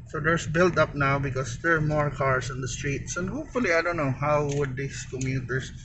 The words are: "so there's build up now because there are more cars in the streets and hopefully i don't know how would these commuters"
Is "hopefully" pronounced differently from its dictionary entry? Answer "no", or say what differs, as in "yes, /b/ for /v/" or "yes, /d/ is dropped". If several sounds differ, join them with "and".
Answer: no